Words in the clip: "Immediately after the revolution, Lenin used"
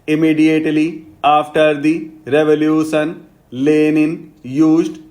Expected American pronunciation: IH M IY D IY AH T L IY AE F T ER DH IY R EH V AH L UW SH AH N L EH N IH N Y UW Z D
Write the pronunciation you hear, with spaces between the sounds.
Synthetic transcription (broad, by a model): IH M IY D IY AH T L IY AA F T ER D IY R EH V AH L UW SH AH N L EH N IH N Y UW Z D